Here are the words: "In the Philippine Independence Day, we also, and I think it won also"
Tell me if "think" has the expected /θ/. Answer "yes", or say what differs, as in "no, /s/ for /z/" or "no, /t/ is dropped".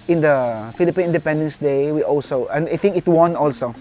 no, /t/ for /θ/